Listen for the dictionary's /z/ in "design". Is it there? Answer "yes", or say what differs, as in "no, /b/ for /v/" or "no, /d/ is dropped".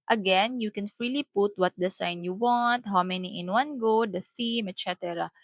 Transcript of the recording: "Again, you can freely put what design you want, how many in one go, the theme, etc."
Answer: no, /s/ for /z/